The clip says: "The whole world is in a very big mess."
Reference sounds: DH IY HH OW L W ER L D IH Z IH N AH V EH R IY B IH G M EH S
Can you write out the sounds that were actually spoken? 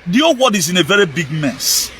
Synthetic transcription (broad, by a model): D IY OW W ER D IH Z IH N AH V EH R IY B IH G M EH S